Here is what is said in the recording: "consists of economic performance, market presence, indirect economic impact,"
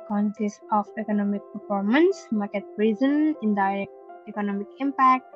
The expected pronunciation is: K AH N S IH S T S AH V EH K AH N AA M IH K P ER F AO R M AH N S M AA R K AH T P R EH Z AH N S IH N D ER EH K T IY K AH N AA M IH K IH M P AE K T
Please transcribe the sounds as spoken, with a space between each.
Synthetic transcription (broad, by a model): K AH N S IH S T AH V EH K AH N AA M IH K P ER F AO R M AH N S M AA R K AH T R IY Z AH N IH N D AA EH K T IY K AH N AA M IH K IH M P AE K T